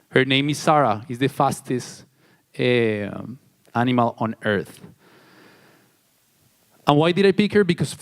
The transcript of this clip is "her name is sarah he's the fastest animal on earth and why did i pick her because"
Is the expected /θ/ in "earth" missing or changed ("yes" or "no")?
no